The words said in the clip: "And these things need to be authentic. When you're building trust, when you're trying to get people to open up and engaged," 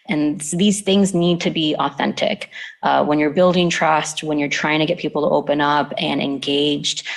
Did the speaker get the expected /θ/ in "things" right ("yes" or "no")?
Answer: yes